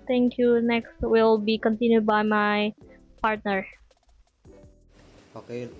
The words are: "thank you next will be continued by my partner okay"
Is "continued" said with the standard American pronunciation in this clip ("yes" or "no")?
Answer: yes